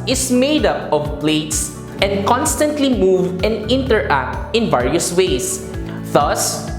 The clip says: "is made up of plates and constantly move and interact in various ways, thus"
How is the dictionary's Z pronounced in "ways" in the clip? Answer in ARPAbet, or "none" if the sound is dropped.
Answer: S